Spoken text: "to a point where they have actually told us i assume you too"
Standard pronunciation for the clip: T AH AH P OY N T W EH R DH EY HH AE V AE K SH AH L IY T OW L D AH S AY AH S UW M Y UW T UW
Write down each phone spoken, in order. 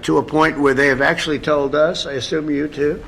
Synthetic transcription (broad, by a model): T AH AH P OY N T W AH R DH EY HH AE V AE K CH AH L IY T OW L D AH S AY AH S UW M Y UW T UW